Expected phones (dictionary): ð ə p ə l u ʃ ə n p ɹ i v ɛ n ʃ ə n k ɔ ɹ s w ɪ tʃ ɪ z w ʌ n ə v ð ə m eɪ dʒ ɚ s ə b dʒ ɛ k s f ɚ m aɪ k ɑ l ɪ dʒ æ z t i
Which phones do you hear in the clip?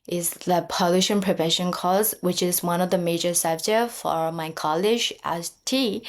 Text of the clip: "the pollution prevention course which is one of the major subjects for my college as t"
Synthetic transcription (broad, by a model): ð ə p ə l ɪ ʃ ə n p ɹ i v ɛ n ʃ ə n k ɔ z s w ɪ tʃ ɪ z w ʌ n ə v ð ə m eɪ dʒ ɚ s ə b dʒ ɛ f ɚ m aɪ k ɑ l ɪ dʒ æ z t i